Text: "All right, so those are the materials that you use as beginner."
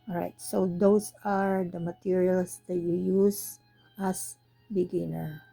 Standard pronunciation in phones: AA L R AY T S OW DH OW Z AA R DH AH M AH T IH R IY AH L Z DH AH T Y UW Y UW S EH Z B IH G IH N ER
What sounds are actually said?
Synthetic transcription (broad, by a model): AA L R AY T S OW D OW S AA R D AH M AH T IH R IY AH L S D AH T Y UW Y UW S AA S B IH G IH N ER